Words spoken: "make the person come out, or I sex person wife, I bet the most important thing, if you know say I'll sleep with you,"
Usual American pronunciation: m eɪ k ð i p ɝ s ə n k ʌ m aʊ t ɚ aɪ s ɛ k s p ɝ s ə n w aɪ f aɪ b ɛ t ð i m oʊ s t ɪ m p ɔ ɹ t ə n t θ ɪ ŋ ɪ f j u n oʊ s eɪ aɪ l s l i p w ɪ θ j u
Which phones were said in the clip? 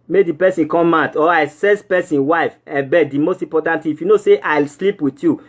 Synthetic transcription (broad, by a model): m eɪ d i p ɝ s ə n k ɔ m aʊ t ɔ aɪ s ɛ s p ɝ s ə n w aɪ f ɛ b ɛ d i m oʊ s t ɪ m p ɔ t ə n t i ɪ f j u n oʊ s eɪ aɪ l s l i p w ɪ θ j u